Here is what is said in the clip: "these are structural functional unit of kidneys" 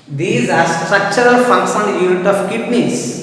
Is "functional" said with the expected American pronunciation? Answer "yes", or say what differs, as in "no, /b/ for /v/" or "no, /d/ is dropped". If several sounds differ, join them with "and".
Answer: no, /s/ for /ʃ/